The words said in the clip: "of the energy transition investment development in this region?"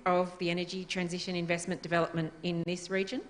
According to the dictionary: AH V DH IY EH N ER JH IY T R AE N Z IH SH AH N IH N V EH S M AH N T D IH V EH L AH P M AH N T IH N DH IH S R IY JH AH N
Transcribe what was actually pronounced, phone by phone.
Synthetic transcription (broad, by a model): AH V DH IY EH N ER JH IY T R AE N Z IH SH AH N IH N V EH S M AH N D IH V EH L AH P M AH N T IH N DH IH S R IY JH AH N